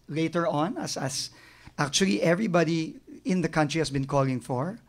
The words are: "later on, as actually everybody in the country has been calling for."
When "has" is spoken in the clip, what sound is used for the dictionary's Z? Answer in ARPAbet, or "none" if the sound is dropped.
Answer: S